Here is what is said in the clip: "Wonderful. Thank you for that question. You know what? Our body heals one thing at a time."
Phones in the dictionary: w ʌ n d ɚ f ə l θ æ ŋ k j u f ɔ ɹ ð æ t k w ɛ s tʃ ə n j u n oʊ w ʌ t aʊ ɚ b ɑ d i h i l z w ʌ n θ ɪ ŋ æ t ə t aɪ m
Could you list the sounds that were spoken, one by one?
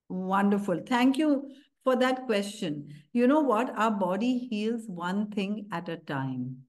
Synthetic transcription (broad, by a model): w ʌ n d ɚ f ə l t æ ŋ k j u f ɔ ɹ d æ t k w ɛ s tʃ ə n j u n oʊ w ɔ t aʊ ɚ b ɑ d i h i l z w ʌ n t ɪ ŋ æ t ə t aɪ m